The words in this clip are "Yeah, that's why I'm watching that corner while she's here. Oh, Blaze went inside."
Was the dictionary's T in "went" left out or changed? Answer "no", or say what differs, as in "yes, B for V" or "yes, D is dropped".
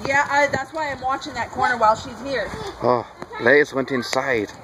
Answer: no